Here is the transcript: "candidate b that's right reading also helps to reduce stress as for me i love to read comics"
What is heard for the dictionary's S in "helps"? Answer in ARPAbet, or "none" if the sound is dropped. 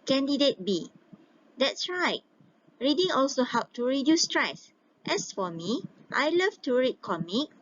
none